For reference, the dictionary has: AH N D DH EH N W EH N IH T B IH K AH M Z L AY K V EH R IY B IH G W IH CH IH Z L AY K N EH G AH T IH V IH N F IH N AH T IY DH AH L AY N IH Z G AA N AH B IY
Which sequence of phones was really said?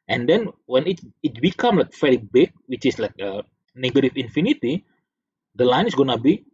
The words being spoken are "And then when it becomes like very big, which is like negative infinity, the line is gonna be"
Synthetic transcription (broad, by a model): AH N D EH N W EH N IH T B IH K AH M L AY K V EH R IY B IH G W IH CH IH S L AY K N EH G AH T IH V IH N F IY N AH T IY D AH L AY N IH S G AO N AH B IY